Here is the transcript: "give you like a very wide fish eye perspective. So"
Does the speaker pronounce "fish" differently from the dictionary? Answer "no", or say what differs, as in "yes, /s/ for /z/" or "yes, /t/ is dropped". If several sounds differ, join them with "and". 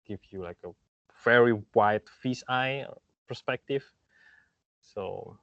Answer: yes, /s/ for /ʃ/